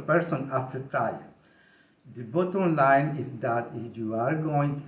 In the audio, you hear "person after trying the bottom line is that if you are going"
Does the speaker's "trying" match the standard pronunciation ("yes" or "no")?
no